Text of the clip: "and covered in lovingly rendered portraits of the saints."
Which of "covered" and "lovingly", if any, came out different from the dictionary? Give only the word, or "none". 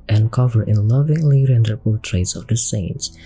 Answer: covered